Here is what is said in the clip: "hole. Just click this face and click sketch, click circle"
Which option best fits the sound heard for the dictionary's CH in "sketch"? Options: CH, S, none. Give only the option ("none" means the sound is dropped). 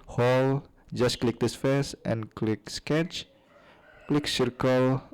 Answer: CH